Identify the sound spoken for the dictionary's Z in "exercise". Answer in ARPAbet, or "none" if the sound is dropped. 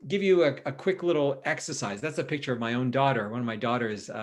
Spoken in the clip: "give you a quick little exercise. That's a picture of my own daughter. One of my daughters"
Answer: Z